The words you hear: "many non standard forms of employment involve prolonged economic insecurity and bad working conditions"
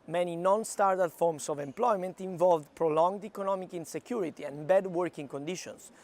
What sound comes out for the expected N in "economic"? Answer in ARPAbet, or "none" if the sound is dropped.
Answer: N